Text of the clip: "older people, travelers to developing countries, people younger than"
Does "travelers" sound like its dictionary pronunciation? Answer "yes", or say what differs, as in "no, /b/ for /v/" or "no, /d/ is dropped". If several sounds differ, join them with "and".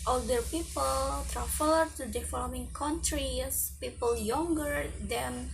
no, /z/ is dropped